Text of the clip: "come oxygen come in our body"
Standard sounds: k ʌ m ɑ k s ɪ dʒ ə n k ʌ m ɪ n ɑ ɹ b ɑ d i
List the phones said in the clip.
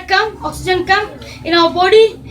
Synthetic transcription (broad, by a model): k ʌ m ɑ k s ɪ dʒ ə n k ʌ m ɪ n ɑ w b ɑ d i